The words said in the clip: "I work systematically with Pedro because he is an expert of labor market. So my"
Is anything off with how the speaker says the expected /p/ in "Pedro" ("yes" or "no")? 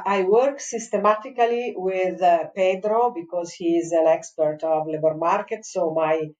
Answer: no